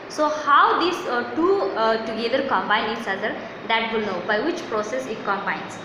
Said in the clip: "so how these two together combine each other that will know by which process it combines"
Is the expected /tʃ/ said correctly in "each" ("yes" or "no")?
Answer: no